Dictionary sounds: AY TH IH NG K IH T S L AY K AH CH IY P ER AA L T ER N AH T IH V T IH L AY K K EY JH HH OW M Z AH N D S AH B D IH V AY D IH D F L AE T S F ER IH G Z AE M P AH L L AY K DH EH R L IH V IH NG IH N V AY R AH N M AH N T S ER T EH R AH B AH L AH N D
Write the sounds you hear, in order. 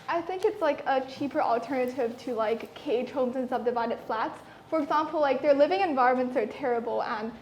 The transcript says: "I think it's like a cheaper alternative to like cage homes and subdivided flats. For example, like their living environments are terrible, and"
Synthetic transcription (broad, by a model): AY TH IH NG K IH T S L AY K AH CH IY P ER AA L T ER N AH T IH V T IH L AY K K EY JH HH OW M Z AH N S AH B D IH V AY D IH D F L AE T S F ER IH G Z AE M P L L AY K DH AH R L IH V IH NG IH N V AY R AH N M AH N T S ER T EH R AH B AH L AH N